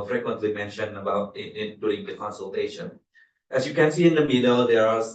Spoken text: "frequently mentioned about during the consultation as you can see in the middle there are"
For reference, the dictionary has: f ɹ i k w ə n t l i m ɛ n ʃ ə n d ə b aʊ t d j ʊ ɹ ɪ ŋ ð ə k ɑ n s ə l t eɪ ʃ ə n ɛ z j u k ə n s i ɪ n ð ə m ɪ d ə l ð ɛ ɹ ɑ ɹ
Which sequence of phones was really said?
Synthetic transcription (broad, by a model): f ɹ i k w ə n t l i m ɛ n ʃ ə n ə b aʊ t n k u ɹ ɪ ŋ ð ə k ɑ n s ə l t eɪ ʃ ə n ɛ s j u k ə n s i ɪ n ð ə m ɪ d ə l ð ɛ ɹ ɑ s